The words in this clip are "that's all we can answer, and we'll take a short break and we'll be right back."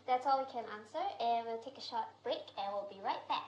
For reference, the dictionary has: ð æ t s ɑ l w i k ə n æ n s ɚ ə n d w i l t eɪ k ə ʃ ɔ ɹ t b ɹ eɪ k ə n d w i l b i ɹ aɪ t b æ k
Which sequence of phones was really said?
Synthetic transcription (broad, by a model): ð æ t s ɑ l w i k ə n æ n s ɚ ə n w i l t eɪ k ə ʃ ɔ t b ɹ eɪ k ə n w i l b i ɹ aɪ t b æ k